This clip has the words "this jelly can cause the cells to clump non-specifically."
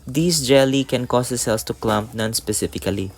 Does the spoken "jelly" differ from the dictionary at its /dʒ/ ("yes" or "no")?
no